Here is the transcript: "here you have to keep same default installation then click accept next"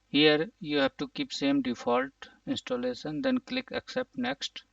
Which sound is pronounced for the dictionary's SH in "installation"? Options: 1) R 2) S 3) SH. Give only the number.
2